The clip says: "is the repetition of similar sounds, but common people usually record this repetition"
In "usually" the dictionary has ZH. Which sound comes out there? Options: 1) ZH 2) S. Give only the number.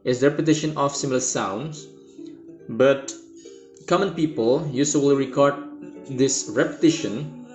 2